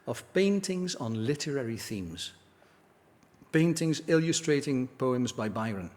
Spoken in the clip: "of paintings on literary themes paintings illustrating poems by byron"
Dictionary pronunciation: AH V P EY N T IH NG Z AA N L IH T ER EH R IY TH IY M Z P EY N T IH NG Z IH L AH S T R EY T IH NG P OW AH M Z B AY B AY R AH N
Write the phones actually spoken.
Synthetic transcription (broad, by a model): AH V P EY N T IH NG Z N L IH T ER EH R IY TH IY M Z P EY N T IH NG Z IH L AH S T R EY T IH NG P OW AH M Z B AY B AY R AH N